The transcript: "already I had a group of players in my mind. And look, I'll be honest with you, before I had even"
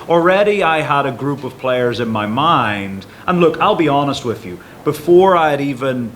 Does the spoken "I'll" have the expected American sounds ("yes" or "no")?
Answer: yes